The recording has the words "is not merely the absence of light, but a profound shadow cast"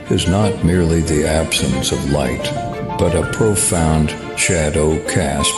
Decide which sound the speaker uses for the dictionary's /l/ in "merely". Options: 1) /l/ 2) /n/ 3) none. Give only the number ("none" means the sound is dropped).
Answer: 1